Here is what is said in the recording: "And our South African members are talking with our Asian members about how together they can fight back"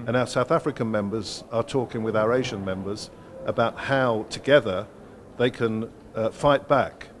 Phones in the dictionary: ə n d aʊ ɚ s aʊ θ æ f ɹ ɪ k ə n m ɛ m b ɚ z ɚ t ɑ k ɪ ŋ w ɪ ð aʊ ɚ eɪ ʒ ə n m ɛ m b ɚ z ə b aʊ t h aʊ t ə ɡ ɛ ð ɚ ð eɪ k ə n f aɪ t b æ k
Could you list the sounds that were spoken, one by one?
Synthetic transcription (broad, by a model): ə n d aʊ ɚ s aʊ θ æ f ɹ ɪ k ə n m ɛ m b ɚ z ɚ t ɑ k ɪ ŋ w ɪ ð aʊ ɚ eɪ ʒ ə n m ɛ m b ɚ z ə b aʊ t h aʊ t ə ɡ ɛ ð ɚ ð eɪ k ə n f aɪ t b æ k